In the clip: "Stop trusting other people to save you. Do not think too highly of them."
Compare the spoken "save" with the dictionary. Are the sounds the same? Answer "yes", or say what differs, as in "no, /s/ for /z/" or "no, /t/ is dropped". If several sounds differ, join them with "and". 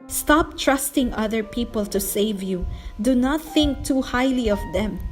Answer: yes